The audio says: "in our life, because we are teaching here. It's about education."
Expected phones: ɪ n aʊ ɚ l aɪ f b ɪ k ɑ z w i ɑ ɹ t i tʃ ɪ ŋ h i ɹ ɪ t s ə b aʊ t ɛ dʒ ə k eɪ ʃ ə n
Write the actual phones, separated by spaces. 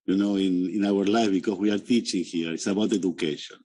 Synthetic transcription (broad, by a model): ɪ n aʊ ɚ l aɪ f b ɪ k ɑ s w i ɑ ɹ t i tʃ ɪ ŋ h i ɹ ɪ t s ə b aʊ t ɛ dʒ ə k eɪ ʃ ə n